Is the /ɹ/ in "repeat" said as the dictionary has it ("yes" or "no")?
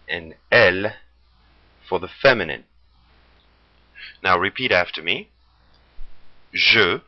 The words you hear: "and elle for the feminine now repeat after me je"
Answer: yes